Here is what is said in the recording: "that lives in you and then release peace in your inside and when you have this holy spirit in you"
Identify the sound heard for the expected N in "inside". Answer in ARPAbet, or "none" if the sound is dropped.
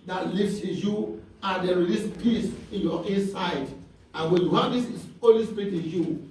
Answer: none